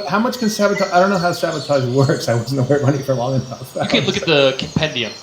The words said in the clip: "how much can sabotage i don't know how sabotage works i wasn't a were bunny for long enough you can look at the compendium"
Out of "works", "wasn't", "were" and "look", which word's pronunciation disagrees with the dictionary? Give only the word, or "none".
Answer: wasn't